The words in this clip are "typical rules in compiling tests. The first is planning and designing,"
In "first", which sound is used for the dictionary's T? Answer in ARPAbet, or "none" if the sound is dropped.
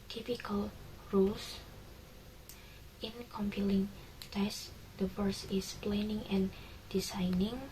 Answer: none